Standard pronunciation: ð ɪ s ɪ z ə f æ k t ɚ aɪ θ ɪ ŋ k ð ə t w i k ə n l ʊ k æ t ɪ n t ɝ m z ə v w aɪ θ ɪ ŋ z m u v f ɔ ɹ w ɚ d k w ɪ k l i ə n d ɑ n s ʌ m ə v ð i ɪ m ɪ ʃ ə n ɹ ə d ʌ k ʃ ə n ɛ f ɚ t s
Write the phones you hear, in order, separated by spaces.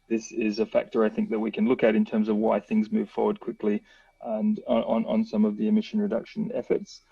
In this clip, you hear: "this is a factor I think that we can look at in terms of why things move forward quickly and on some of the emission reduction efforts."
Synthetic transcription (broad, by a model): ð ɪ s ɪ z ə f æ k t ɚ aɪ θ ɪ ŋ k ð ə t w i k ə n l ʊ k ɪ t ɪ n t ɝ m z ə v w aɪ θ ɪ ŋ z m u v f ɔ ɹ w ɚ d k w ɪ k l i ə n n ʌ n s ʌ m ə v ð i ɪ m ɪ ʃ ə n ɹ ə d ʌ k ʃ ə n ɛ f ɚ t s